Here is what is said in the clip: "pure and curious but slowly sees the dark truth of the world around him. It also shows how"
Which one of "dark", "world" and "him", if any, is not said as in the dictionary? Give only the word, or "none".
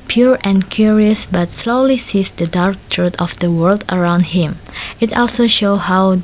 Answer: none